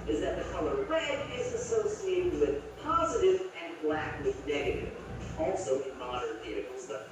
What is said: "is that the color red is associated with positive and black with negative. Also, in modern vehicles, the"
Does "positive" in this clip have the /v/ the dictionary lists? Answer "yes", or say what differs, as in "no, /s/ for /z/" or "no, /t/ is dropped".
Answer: yes